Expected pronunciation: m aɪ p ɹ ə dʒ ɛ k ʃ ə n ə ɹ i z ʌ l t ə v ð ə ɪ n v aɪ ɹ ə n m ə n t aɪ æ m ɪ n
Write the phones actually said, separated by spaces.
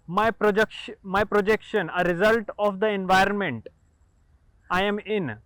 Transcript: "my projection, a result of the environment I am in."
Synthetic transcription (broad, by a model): m aɪ p ɹ ə dʒ ɛ k ʃ ə n ə ɹ i z ʌ l t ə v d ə ɪ n v aɪ ɹ ə n m ə n t aɪ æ m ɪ n